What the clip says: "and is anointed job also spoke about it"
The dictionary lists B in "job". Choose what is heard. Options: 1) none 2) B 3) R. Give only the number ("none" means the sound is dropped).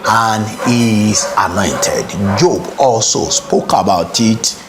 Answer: 2